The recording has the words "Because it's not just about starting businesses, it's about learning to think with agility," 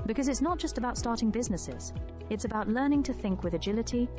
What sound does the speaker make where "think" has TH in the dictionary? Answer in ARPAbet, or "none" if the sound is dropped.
TH